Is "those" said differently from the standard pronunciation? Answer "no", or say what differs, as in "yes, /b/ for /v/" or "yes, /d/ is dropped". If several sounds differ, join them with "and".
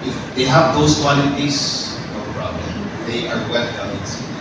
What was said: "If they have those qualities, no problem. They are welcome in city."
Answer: yes, /s/ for /z/